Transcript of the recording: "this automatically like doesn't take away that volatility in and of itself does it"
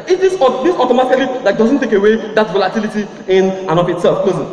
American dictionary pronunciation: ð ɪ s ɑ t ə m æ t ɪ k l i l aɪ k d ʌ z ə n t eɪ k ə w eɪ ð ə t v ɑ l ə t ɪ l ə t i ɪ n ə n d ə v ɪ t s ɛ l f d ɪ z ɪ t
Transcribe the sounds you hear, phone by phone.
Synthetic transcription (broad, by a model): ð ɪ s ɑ t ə m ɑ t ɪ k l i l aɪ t d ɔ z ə n t eɪ k ə w eɪ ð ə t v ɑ l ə t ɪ l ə t i ɪ n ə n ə p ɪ t s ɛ l f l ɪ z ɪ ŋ